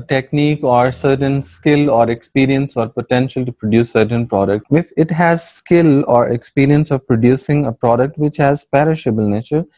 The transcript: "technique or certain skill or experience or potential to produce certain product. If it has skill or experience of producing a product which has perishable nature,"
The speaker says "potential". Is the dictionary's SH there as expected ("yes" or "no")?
yes